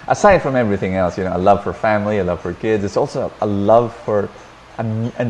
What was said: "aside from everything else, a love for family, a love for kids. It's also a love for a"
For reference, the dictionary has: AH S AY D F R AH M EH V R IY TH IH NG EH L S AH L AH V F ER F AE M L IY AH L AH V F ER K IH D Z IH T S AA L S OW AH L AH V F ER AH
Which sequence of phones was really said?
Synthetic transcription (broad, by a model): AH S AY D F R AH M EH V R IY TH IH NG EH L S AH L AH V F ER F AE M L IY AH L AH V F ER K IH D Z IH T S AA L S OW AH L AH V F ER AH